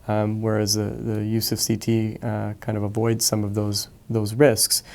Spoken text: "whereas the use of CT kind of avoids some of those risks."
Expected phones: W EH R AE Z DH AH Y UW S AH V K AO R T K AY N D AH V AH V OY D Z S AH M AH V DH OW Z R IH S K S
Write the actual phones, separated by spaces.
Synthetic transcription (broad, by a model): W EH R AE Z DH AH Y UW S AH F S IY T K AY N D AH V AH V OY D Z S AH M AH V DH OW Z R IH S K S